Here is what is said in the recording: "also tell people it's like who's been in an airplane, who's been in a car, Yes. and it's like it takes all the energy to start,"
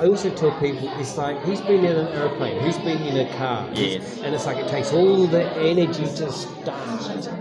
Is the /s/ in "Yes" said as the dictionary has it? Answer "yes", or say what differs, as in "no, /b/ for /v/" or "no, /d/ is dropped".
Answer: no, /s/ is dropped